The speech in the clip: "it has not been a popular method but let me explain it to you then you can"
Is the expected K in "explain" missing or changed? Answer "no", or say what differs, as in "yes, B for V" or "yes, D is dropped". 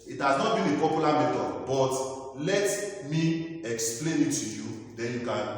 no